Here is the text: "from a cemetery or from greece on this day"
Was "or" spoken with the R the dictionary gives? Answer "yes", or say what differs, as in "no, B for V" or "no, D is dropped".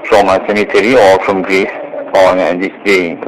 no, L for R